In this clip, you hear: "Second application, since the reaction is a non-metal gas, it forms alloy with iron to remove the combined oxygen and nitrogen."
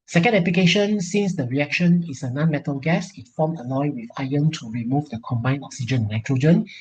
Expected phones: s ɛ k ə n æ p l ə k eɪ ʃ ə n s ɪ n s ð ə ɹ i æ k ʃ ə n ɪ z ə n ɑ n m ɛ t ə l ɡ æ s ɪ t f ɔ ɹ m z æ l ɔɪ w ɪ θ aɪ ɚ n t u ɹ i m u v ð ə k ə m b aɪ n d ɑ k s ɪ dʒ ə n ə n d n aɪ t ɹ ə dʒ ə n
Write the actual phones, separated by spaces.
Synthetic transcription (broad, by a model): s ɛ k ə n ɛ p l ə k eɪ ʃ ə n s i n s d ə ɹ i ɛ k ʃ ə n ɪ s ə n ɑ n m ɛ t ə l ɡ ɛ s ɪ t f ɔ m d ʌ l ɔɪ w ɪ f aɪ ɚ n t u ɹ i m u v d ə k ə m b aɪ n ɑ k s ɪ dʒ ə n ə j t ɹ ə dʒ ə n